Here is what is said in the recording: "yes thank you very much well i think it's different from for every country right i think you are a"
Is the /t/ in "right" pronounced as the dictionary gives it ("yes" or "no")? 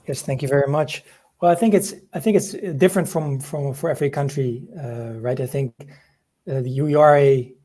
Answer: yes